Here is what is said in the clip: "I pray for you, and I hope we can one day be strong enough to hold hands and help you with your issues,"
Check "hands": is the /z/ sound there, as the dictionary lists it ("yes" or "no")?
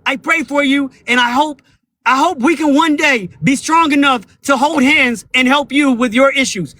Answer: yes